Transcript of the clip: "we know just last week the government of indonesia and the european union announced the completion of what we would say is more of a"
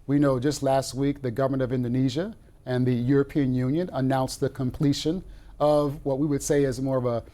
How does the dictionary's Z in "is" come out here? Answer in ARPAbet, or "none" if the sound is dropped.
Z